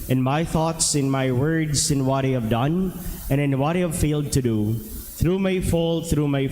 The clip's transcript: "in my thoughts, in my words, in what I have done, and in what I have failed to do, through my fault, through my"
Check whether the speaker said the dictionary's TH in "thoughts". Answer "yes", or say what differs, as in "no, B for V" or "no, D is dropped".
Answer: yes